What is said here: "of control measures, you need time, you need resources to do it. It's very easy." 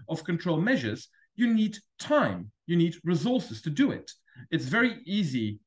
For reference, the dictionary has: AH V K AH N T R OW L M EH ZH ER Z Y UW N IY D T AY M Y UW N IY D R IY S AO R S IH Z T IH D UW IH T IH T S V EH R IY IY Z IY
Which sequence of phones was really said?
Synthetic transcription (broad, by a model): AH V K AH N T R OW L M EH ZH ER Z Y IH N IY D T AY M Y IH N IY D R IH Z AO R S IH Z T IH D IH IH T IH T S V EH R IY IY Z IY